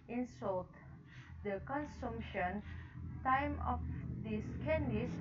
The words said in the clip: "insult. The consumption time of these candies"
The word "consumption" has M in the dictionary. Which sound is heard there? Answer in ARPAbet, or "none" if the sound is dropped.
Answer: M